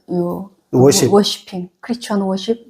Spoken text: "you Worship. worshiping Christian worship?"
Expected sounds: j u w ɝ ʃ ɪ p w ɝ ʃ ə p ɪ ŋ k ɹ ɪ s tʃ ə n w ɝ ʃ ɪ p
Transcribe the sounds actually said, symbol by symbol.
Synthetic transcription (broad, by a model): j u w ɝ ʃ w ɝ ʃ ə p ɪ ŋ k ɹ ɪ tʃ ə n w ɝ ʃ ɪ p